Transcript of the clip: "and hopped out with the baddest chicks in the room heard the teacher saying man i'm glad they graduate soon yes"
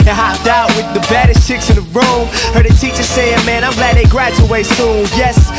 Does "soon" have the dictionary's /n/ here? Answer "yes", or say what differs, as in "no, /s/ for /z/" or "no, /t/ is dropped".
no, /l/ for /n/